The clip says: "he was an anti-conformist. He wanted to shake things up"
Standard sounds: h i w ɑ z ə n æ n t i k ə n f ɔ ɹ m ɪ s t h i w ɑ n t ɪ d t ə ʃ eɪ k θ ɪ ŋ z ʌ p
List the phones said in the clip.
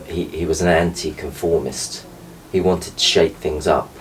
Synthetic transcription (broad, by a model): h i w ɑ z ə n æ n t i k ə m f ɔ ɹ m ɪ s t h i w ɑ n t ɪ d t ə ʃ eɪ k θ ɪ ŋ z ʌ p